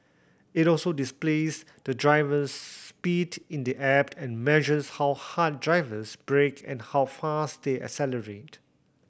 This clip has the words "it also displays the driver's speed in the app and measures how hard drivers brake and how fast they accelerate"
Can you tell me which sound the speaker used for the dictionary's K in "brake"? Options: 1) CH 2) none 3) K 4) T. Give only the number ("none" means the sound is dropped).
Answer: 3